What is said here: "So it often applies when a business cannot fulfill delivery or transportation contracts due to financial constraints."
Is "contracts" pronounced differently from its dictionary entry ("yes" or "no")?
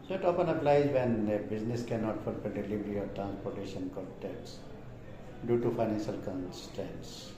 yes